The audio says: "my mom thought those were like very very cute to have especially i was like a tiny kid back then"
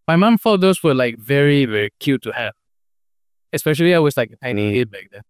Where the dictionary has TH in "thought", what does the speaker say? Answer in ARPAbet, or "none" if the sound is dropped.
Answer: F